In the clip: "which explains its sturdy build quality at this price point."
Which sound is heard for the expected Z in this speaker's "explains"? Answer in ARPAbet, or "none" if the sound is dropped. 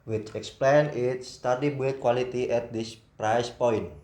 none